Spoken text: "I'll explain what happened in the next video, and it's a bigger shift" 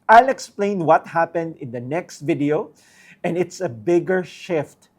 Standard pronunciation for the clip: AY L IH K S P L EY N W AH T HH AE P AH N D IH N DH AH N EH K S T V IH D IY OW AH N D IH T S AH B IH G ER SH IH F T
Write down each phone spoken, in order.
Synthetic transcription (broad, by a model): AY L IH K S P L EY N W AH T HH AE P AH N D IH N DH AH N EH K S T V IH D IY OW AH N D IH T S AH B IH G ER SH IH F T